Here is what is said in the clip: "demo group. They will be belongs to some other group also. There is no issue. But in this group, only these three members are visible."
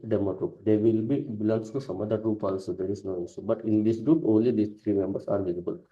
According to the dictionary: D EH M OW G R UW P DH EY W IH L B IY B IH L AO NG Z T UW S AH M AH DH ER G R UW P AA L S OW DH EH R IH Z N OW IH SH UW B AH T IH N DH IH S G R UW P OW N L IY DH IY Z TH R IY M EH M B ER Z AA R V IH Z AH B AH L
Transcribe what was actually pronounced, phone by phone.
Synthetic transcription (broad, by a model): D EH M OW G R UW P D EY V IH L B IY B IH L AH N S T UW S AH M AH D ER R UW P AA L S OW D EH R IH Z N OW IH S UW B AH T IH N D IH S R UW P OW N L IY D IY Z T R IY M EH M B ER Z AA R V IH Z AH B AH L